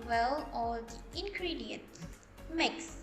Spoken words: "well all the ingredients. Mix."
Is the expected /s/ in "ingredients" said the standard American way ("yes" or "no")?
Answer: no